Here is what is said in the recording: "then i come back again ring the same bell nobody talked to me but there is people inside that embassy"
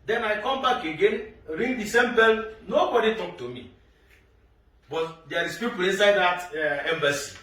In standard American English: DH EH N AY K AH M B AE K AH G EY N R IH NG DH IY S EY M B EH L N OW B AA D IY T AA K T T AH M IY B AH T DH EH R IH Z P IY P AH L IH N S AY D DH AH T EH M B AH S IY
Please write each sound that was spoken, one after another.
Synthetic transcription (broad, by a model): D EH N AY K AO M B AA K AH G EY N R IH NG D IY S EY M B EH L N OW B AA D IY T AA K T T AH M IY B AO T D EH R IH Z P IY P AH L IH N S AY D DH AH T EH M B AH S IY